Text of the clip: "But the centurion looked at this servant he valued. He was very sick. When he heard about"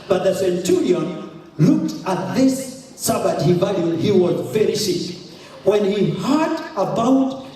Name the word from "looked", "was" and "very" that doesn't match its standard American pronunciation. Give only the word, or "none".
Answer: none